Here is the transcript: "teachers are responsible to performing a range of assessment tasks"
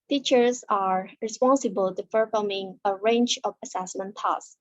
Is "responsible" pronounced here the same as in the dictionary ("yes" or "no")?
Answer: yes